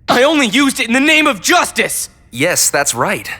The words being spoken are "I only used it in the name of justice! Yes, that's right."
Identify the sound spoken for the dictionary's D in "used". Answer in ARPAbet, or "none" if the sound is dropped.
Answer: D